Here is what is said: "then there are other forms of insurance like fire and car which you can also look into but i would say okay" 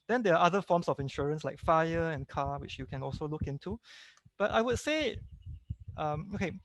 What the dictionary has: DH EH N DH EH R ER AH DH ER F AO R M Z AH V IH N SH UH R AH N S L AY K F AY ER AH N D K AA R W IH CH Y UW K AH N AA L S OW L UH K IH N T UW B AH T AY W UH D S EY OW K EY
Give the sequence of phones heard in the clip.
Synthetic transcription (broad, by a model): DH EH N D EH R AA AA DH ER F AO M S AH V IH N SH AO R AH N S L AY K F AY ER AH N K AA W IH CH Y UW K AH N AA L S OW L UH K IH N T UW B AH T AY W UH D S EY OW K EY